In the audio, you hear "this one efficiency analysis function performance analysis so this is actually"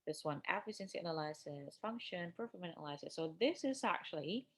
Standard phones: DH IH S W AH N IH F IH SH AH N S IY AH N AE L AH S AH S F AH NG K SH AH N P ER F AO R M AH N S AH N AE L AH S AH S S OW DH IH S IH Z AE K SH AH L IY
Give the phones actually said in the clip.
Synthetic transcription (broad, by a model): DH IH S W AH N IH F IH S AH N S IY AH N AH L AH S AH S F AH NG K SH AH N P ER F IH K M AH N AH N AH L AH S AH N S OW DH IH S IH Z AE K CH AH L IY